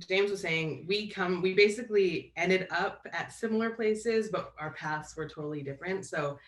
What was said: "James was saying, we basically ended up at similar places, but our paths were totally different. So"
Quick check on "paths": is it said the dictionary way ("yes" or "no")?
yes